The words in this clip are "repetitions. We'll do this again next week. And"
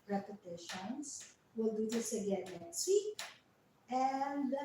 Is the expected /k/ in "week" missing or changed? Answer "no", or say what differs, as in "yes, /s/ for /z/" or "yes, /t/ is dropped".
yes, /k/ is dropped